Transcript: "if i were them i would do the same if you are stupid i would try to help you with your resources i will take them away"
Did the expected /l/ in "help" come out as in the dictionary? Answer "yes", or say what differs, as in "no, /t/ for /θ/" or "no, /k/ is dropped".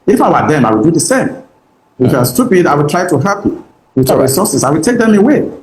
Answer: no, /l/ is dropped